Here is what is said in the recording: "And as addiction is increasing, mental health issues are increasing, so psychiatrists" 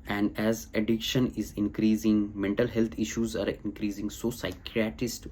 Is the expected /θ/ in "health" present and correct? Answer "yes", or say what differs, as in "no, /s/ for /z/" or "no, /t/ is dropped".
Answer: no, /t/ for /θ/